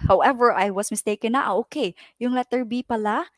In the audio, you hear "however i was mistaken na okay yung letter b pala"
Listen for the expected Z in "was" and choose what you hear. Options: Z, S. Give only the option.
S